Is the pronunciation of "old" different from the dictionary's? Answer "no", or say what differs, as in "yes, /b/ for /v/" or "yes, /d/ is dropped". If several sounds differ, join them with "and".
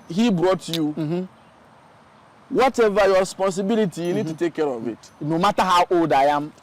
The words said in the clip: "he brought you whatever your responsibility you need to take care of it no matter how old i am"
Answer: yes, /l/ is dropped